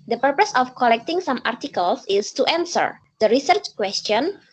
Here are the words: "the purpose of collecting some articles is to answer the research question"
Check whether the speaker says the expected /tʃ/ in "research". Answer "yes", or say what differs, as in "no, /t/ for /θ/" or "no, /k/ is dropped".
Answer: yes